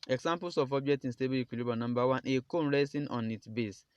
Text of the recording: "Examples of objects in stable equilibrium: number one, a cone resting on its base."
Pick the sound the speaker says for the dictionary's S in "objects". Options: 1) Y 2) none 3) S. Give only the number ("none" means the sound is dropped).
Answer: 2